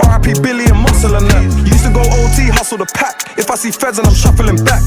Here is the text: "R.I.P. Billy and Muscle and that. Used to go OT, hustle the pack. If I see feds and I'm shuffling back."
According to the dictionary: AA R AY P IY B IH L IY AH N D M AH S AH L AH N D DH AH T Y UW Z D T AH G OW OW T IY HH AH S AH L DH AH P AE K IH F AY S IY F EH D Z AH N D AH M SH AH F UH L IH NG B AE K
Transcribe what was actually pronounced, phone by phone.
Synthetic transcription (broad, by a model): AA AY P IY B IH L IY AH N M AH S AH L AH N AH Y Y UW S T AH G OW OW T IY HH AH S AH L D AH P AE K IH F AY S IY F EH D Z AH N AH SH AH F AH L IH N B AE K